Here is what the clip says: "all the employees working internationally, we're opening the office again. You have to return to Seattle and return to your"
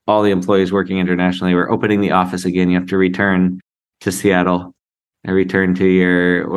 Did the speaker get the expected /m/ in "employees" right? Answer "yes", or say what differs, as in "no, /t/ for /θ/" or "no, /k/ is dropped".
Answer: yes